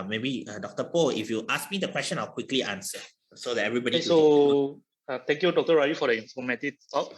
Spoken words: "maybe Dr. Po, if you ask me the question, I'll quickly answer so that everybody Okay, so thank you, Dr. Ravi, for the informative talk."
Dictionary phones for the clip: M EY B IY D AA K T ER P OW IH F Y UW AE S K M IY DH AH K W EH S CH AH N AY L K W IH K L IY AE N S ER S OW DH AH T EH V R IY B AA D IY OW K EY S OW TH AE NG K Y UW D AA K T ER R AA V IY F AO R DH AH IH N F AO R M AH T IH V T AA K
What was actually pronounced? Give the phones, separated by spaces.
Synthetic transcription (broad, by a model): M EY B IY D AA K T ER P OW IH F Y UW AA S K M IY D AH K W EH S CH AH N AY L K W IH K L IY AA N S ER S OW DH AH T EH V R IY B AA D IY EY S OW T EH NG K Y UW D AA K T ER R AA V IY F AO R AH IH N F AO M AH T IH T AA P